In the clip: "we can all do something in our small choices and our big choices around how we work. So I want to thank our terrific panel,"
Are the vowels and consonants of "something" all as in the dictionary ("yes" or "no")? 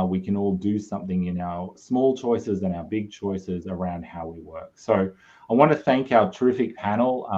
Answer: yes